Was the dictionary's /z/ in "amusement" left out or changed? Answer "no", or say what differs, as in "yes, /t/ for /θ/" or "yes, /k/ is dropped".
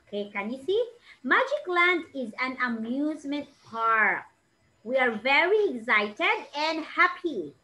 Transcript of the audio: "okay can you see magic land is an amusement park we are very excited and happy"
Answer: no